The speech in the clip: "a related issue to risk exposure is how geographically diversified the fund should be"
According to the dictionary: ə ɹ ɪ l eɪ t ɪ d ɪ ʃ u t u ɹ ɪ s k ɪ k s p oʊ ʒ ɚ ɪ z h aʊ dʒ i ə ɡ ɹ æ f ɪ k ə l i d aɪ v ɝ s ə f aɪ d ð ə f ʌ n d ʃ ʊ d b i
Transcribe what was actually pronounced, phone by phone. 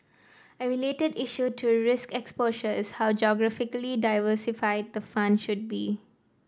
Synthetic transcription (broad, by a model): ə ɹ ɪ l eɪ t ɪ d ɪ ʃ u t u ɹ ɪ s k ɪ k s p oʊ ʃ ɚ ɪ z h aʊ dʒ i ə ɡ ɹ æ f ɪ k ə l i d aɪ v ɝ s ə f aɪ d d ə f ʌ n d ʃ ʊ d b i